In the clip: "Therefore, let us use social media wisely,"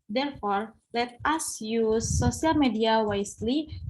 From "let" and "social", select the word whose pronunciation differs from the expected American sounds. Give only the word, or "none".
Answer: social